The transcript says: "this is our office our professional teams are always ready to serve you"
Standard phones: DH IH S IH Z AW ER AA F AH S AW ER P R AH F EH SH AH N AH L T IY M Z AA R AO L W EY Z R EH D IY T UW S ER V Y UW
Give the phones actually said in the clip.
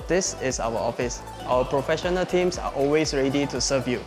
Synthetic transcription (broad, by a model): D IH S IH S AW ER AA F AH S AW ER P R AH F EH SH AH N AH L T IY M S AA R AO L W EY S R EH D IY T UW S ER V Y UW